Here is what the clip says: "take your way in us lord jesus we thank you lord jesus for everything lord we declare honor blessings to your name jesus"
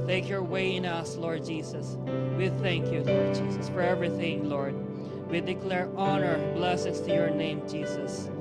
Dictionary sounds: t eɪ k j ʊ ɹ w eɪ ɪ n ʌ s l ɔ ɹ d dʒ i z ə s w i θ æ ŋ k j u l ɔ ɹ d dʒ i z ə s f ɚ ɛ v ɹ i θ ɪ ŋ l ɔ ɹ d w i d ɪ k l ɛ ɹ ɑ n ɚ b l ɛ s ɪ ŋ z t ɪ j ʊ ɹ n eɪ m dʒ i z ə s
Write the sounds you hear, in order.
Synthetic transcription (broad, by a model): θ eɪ k j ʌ ɹ w eɪ ɪ n ʌ s l ɔ ɹ d dʒ i z ə s w i θ æ ŋ k j u l ɔ ɹ d dʒ i z ə s f ɚ ɛ v ɹ i θ ɪ ŋ l ɔ ɹ d w i d ɪ k l ɛ ɹ ɑ n ɚ b l ɛ s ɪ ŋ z t ɪ j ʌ ɹ n eɪ m dʒ i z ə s